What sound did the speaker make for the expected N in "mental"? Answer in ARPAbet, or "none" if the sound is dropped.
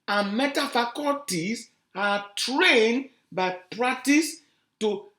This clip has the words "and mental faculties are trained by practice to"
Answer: none